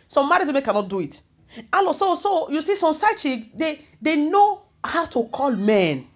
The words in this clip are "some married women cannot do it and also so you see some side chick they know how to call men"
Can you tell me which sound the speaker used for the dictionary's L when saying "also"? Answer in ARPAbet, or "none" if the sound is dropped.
none